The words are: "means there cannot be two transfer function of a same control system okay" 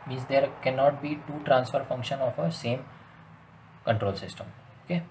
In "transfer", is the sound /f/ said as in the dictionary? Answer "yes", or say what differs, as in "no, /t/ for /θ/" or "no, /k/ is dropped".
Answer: yes